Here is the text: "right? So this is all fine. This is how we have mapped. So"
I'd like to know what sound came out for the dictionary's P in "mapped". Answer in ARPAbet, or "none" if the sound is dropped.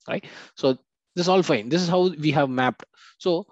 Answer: P